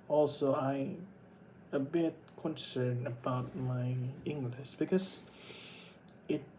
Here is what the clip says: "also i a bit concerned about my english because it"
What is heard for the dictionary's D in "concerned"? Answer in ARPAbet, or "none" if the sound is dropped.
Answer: none